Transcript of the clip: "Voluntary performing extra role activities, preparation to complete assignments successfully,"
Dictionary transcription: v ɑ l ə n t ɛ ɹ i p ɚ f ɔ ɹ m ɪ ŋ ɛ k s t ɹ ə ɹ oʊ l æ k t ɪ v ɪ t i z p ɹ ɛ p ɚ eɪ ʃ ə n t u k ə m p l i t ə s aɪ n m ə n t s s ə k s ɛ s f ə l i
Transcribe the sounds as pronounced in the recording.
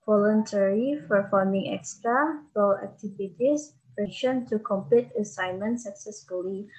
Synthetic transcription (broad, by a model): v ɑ l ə n t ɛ ɹ i f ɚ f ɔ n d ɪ ŋ ɛ k s t ɹ ə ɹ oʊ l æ k t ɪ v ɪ t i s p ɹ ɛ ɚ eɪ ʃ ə n t u k ə m p l i t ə s aɪ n m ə n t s s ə k s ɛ s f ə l i